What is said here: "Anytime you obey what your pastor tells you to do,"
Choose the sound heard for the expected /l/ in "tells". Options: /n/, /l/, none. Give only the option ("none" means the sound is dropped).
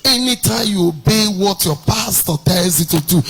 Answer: none